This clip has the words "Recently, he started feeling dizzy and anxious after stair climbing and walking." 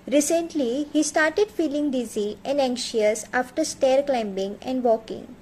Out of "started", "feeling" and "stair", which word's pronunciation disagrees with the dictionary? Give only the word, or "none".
none